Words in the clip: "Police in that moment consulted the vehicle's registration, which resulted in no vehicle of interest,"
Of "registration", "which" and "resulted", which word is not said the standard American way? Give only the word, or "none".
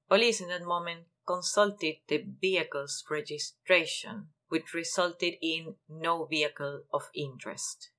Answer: resulted